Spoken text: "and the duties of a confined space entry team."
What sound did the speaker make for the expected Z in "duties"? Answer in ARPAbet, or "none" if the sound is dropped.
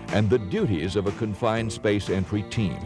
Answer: Z